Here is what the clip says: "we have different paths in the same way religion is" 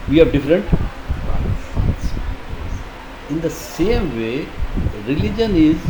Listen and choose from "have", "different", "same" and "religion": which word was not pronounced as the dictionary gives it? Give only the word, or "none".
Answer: none